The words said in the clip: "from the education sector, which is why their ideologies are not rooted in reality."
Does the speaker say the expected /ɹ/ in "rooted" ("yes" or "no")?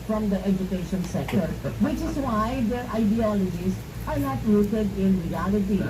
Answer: no